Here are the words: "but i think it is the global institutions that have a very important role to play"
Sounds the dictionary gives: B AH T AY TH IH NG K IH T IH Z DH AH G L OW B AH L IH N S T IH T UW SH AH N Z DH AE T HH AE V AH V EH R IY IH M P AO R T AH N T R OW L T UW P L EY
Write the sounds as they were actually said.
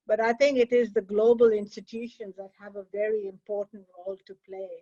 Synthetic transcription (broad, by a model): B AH T AY T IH NG K IH T IH Z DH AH G L OW B AH L IH N S T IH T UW SH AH N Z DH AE T HH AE V AH V EH R IY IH M P AO R T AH N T R OW L T UW P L EY